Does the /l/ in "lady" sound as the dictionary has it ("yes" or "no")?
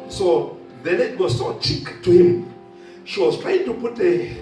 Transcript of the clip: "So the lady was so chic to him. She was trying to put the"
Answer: no